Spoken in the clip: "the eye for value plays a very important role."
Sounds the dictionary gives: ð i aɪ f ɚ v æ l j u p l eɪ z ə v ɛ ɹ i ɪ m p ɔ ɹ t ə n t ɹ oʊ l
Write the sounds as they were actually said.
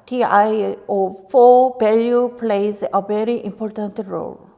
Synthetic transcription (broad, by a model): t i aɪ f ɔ b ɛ l j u p l eɪ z ə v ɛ ɹ i ɪ m p ɔ ɹ t ə n t ɹ oʊ l